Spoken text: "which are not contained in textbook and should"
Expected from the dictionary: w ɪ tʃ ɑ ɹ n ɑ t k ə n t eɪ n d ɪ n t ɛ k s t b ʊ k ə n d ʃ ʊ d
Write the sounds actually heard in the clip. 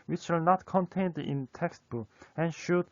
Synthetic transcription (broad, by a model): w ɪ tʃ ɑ l n ɑ t k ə n t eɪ n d ɪ n t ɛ k s t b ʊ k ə n ʃ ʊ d